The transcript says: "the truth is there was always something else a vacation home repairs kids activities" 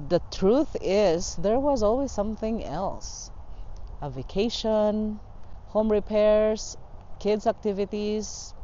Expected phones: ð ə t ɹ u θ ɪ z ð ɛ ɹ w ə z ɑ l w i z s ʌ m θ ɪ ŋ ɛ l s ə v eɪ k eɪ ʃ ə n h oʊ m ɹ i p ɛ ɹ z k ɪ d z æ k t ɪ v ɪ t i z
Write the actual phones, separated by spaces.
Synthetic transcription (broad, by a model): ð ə t ɹ u θ ɪ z ð ɛ ɹ w ə z ɑ l w i z s ʌ m θ ɪ ŋ ɛ l s ə v eɪ k eɪ ʃ ə n h oʊ m ɹ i p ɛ ɹ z k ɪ d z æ k t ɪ v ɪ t i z